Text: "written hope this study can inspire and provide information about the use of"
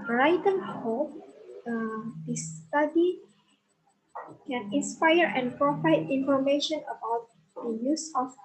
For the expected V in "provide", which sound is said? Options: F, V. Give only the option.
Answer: F